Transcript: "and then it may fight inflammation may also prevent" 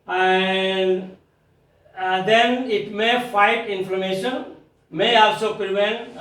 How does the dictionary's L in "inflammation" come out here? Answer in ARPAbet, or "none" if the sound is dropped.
none